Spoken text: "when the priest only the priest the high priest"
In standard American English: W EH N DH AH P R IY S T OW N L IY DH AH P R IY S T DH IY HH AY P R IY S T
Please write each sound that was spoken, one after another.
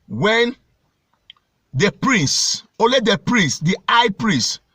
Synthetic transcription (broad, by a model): W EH N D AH P R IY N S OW L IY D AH P R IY S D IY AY P R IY S